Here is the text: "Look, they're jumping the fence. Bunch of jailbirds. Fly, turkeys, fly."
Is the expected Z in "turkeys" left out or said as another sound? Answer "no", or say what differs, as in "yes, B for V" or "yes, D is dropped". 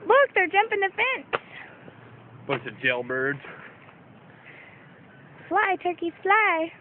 yes, Z is dropped